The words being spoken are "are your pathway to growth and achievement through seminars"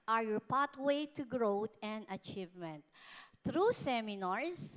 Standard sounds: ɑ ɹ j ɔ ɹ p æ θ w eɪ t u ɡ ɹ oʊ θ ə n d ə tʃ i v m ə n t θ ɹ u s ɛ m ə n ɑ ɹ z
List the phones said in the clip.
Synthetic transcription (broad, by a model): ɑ ɹ j ɔ ɹ p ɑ t w eɪ t u ɡ ɹ oʊ t ə n d ə tʃ i v m ə n t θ ɹ u s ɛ m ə n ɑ ɹ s